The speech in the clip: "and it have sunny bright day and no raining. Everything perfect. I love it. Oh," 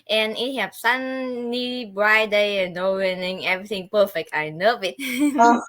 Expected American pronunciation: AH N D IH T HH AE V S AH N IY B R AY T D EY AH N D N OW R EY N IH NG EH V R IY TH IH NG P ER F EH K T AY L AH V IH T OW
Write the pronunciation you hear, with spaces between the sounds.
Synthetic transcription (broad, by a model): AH N IH T HH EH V S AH N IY B R AY D EY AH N N OW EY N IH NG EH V R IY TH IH NG P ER F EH K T AY N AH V IH T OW